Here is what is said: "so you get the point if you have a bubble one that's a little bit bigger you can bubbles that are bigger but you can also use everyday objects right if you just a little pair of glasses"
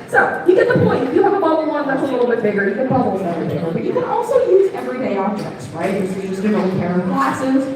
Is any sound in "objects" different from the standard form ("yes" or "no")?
yes